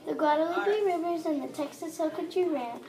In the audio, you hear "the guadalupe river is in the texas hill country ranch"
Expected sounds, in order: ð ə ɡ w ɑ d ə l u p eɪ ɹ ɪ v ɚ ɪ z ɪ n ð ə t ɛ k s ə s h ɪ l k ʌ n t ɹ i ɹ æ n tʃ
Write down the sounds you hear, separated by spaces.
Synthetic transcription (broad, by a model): ð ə ɡ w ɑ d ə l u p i ɹ ɪ v ɚ z ɪ n ð ə t ɛ k s ə s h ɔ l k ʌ t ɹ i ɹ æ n